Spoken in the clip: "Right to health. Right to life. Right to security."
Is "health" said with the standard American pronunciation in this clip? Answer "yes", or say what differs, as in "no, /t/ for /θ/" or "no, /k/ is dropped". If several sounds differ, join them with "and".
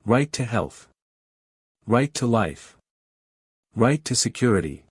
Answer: yes